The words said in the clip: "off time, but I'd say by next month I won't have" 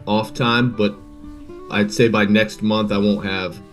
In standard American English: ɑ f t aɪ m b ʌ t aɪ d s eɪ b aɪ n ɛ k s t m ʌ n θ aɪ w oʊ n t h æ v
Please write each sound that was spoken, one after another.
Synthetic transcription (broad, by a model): ɑ f t aɪ m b ʌ t aɪ d s eɪ b aɪ n ɛ k s t m ʌ n θ aɪ w oʊ n t h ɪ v